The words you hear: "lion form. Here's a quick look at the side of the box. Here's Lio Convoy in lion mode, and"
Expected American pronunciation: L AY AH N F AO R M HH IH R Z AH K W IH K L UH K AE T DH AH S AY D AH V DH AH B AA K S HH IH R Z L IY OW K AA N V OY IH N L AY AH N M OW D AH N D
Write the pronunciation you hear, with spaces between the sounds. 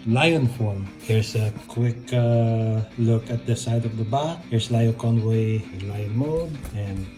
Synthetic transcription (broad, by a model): L AY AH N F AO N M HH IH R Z AH K W IH K L UH K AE T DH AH S AY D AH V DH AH B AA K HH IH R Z L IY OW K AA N W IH IH N L AY AH N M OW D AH N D